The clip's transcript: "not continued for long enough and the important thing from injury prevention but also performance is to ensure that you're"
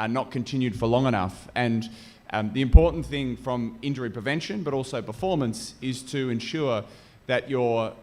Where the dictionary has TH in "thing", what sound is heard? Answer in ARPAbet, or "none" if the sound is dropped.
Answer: TH